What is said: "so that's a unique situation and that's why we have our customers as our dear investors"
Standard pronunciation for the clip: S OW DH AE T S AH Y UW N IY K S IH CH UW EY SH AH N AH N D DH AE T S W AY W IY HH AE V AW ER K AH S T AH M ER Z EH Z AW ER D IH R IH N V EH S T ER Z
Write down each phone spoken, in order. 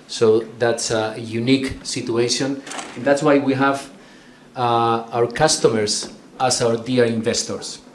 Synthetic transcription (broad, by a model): S OW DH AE T S AH Y UW N IY K S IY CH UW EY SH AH N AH N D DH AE T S W AY W IY HH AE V AW ER K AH S T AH M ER S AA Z AW ER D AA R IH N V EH S T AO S